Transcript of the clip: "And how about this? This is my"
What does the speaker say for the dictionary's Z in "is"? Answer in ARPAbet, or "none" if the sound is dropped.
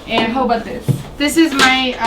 Z